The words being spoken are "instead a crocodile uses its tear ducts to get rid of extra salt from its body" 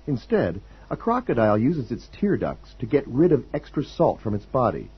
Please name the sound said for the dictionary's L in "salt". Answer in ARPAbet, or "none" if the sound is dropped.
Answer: L